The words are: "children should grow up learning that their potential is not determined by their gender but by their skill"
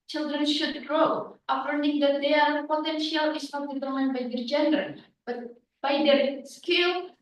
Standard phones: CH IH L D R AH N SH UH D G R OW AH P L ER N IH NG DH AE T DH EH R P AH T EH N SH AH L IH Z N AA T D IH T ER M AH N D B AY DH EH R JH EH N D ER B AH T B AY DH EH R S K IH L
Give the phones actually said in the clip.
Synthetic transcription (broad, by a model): CH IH L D R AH N SH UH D G R OW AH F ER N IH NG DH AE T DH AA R P AH T EH N SH AH L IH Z N AA T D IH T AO AH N B AY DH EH R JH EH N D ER B AH T B AY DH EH R S K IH L